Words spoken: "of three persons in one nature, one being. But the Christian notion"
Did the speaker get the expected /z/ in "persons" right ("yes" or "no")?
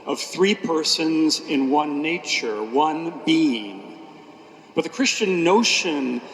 yes